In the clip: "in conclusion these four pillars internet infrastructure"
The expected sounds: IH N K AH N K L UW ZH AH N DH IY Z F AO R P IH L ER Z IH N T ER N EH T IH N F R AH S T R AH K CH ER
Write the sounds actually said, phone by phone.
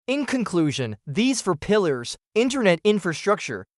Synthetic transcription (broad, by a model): IH N K AH N K L UW ZH AH N DH IY Z F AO R P IH L ER Z IH N T ER N EH T IH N F R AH S T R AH K CH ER